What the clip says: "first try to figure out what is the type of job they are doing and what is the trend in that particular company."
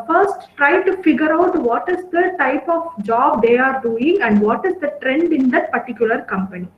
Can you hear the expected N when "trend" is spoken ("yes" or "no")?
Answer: yes